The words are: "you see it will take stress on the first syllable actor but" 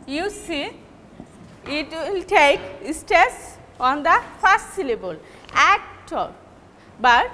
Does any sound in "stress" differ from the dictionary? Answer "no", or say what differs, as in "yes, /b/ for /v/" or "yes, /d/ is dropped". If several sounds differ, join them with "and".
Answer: yes, /ɹ/ is dropped